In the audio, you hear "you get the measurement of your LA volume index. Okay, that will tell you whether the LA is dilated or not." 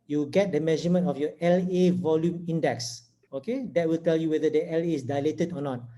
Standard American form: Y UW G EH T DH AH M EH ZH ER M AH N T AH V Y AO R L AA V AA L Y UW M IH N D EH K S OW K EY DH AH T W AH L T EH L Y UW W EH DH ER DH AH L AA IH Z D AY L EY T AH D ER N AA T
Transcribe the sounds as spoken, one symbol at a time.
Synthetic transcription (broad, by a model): Y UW G EH T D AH M EH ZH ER M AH N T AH F Y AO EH L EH V AA L Y UW M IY N D EH K S OW K EY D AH T W AH L T EH L Y UW W EH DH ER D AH L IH S D AY L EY T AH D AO N AA T